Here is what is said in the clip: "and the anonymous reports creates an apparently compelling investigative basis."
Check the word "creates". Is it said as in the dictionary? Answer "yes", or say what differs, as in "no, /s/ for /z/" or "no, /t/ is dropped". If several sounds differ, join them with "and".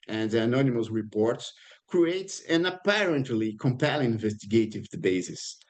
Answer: yes